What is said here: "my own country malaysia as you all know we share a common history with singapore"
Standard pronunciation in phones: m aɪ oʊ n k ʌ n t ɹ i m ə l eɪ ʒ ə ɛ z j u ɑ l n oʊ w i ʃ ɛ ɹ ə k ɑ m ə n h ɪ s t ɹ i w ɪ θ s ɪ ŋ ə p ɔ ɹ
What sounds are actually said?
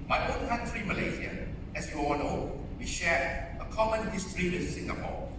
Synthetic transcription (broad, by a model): m aɪ oʊ n k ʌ n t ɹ i m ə l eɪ z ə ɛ s j u ɑ l n oʊ w i ʃ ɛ ə k ɑ m ə n h ɪ s t ɹ i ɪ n s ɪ ŋ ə p ɔ